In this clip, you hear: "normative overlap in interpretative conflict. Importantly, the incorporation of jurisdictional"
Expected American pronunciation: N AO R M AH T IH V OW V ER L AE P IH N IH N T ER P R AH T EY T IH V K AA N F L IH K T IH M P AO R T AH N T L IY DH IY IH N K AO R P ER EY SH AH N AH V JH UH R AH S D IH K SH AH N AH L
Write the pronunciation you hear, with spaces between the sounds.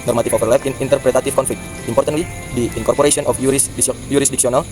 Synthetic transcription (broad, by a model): N AO R M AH T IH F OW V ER L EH F IH N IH N T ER P R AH T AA T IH F K AA N F L IH K T IH M P AO R T AH N T L IY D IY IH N K AO R P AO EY S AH N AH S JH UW R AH S D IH K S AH N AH L